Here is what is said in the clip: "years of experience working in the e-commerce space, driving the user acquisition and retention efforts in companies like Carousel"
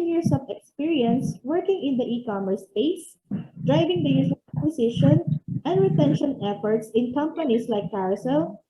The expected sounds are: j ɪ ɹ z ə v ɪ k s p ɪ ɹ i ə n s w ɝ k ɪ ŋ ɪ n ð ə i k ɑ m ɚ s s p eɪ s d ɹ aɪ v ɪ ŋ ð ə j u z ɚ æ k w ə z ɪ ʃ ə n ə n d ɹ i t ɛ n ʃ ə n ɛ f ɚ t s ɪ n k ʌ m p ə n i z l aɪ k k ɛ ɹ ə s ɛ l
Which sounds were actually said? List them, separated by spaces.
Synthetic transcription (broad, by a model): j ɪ ɹ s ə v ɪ k s p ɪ ɹ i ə n s w ɝ k ɪ ŋ ɪ n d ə i k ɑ m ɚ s s p eɪ s d ɹ aɪ v ɪ ŋ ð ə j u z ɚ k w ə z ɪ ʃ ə n ə n d ɹ i t ɛ n ʃ ə n ɛ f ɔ t s ɪ n k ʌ m p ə n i s l aɪ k k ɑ ɹ s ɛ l